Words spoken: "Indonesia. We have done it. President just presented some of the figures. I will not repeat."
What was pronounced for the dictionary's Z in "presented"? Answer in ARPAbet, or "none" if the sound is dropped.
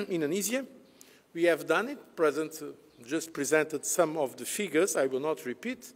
Z